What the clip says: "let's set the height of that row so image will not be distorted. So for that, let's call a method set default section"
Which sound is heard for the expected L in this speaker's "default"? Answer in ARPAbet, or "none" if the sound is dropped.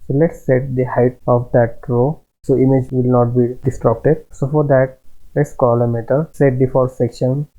none